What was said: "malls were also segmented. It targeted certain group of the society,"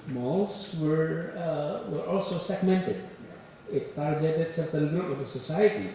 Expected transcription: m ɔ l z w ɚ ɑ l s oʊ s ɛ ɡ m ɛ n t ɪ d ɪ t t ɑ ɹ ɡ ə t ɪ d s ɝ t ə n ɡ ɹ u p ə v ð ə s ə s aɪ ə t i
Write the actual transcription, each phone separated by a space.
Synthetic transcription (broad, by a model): m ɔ l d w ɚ ɑ l s oʊ s ɛ ɡ m ɛ n t ɪ d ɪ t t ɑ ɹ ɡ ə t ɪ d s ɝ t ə l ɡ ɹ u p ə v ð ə s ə s aɪ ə t i